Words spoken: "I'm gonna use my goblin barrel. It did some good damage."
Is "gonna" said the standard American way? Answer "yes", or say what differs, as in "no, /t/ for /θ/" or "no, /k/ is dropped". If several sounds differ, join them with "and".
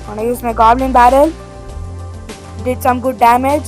no, /n/ is dropped